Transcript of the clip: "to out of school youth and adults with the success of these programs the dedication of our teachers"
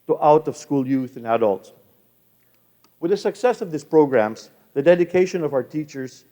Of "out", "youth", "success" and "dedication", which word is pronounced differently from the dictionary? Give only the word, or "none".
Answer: none